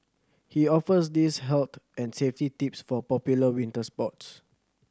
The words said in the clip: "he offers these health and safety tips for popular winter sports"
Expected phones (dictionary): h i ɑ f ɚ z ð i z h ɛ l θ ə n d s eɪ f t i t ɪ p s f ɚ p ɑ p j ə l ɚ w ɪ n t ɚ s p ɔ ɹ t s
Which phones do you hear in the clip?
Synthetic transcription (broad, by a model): h i ɑ f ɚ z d i s h ɛ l t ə n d s eɪ f t i t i p s f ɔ p ɑ p j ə l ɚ w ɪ n t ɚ s p ɔ t s